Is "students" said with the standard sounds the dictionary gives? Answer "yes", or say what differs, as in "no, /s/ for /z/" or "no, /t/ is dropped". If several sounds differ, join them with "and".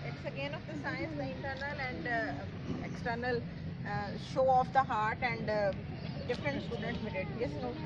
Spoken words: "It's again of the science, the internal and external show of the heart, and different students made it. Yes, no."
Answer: no, /n/ is dropped